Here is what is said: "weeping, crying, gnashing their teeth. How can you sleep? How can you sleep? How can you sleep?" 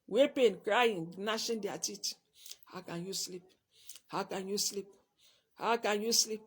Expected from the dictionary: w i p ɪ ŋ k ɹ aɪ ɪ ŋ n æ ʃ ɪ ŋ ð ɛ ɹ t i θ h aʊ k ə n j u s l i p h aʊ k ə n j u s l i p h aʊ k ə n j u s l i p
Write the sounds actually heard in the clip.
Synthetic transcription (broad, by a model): w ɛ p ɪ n k ɹ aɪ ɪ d n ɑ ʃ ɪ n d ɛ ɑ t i t h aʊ k ə n j u s l i p h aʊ k ə n j u s l i p h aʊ k ə n j u s l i p